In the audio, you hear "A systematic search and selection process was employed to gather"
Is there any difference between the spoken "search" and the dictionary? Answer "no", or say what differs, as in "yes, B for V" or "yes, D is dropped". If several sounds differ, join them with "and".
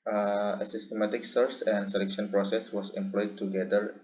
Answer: yes, S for CH